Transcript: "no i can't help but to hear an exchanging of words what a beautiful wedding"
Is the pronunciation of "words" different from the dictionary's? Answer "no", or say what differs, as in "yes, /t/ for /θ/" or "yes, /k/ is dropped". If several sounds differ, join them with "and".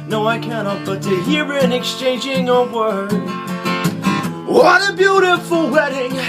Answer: yes, /z/ is dropped